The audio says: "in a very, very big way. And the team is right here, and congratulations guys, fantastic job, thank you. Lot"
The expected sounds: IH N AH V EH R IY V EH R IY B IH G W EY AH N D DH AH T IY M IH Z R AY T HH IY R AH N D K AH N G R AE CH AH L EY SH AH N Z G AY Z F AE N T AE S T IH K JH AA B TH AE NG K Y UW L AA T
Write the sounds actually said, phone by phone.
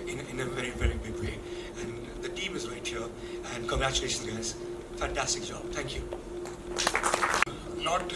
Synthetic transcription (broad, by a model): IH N AH V EH R IY V EH R IY B IH G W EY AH N DH AH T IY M IH Z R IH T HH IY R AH N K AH G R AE CH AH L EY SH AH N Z G AY Z F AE N T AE S T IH K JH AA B TH AE NG K Y UW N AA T